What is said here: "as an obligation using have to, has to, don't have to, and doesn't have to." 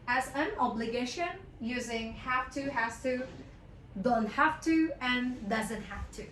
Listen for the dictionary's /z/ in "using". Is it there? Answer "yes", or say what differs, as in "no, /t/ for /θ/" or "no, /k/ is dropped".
yes